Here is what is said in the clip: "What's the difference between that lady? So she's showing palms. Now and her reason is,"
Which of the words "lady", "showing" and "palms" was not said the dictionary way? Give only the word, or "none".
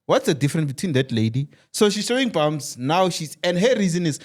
palms